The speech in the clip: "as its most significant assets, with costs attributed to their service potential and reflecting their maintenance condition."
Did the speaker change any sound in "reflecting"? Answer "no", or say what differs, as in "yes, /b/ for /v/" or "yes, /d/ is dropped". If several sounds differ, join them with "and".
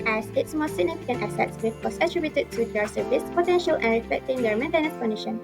no